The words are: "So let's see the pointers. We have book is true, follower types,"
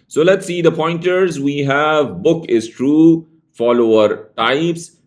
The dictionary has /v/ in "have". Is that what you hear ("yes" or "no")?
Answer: yes